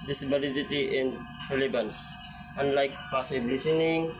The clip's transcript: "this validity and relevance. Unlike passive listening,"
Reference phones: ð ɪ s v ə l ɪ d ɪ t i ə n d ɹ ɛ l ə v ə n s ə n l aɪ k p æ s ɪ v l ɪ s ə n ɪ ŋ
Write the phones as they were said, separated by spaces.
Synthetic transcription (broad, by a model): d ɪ s b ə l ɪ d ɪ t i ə n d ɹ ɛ l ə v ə n s ə n l aɪ k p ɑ s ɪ b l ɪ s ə n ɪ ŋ